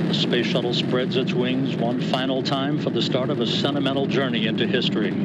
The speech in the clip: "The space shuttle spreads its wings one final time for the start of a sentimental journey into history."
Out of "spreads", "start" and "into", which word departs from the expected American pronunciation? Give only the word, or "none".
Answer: none